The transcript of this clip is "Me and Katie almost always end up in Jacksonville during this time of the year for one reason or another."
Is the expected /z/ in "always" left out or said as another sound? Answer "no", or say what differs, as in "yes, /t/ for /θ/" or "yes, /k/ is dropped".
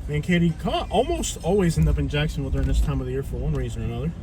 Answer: no